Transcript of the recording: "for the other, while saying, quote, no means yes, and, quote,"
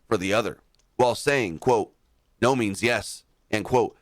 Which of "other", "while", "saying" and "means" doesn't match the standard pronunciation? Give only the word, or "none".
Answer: none